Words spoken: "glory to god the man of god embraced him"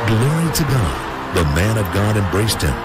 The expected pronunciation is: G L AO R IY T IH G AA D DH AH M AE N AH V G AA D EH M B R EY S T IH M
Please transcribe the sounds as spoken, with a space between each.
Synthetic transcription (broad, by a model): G L AO R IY T IH G AA D DH AH M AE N AH V G AA D EH M B R EY S T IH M